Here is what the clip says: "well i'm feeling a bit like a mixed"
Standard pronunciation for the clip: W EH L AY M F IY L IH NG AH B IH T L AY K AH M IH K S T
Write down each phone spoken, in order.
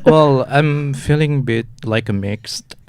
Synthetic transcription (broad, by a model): W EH L AY M F IY L IH NG AH B IH T L AY K AH M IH K S T